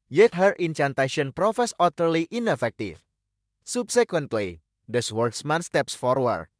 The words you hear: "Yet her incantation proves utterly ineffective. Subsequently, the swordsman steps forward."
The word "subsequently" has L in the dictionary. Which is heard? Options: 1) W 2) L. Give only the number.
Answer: 1